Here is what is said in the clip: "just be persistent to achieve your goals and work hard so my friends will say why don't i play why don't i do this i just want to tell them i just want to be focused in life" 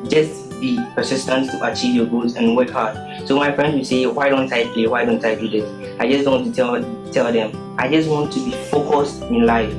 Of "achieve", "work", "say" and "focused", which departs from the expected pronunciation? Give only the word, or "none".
none